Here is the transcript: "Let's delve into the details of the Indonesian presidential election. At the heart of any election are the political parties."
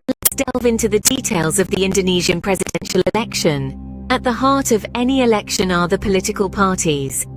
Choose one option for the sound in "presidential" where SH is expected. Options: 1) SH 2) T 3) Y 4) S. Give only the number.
1